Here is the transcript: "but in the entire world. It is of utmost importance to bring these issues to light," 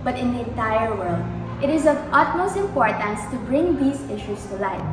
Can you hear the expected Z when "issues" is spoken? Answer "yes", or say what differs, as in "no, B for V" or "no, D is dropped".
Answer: no, S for Z